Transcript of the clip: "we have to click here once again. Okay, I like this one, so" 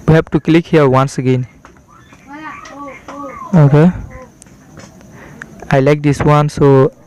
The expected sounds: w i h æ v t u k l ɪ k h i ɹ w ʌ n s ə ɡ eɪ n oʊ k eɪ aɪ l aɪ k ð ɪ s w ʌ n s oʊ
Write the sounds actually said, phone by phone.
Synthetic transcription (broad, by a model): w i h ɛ p t u k l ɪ k h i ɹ w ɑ n s ə ɡ eɪ n oʊ k eɪ aɪ l aɪ k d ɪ s w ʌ n s oʊ